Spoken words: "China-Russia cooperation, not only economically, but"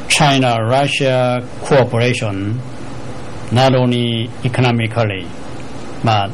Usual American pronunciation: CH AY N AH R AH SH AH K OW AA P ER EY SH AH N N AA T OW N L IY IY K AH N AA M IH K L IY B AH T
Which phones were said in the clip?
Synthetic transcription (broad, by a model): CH AY N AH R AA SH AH K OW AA P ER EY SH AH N N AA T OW N IY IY K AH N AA M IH K L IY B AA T